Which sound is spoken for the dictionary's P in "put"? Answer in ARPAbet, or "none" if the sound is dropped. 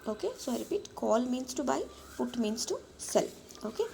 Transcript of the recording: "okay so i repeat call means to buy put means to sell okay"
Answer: F